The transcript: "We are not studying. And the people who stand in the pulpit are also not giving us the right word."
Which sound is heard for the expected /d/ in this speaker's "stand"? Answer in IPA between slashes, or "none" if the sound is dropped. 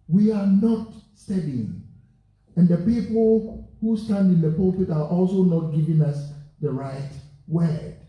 /d/